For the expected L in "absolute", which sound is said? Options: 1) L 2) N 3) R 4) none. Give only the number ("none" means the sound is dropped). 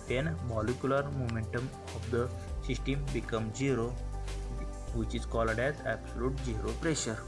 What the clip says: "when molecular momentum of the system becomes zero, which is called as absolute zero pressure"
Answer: 1